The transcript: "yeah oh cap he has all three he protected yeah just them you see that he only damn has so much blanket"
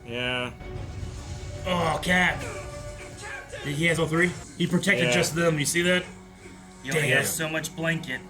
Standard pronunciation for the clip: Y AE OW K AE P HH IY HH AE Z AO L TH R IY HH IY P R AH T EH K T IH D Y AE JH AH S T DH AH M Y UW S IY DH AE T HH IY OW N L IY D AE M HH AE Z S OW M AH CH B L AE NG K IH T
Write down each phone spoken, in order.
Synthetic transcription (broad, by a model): Y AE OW K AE HH IY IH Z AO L TH R IY HH IY P R AH T EH K T IH D JH AH S T DH AH M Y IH S IY DH AE T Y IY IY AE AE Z S OW M AH CH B L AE NG K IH T